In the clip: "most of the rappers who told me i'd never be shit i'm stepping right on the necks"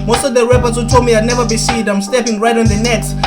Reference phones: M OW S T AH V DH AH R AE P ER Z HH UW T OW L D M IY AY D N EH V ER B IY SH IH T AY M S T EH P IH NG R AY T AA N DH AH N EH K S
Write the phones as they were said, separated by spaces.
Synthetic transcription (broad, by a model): M OW S T AH V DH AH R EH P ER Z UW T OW M IY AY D N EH V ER B IY S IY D AY M S T EH P IH NG R AY T AA N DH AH N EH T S